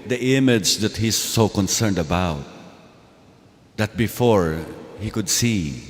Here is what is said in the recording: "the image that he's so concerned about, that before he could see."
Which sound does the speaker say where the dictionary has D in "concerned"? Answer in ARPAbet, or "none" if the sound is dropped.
D